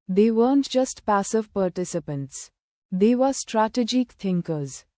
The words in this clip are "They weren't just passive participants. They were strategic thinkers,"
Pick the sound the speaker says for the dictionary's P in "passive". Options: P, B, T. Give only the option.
P